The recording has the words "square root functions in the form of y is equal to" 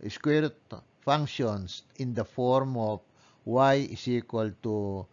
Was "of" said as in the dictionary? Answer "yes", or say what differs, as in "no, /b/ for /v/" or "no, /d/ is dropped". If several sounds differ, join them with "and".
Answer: no, /p/ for /v/